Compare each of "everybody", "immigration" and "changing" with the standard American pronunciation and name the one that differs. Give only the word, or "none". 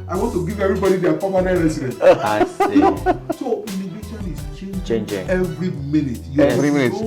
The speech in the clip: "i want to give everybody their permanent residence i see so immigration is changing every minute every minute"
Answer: immigration